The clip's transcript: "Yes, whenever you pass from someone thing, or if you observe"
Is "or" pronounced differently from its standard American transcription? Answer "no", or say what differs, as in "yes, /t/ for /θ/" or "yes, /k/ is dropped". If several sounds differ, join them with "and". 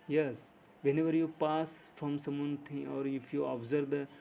no